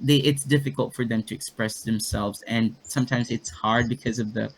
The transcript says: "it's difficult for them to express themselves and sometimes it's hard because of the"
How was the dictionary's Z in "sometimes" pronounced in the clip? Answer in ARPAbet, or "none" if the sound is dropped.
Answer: Z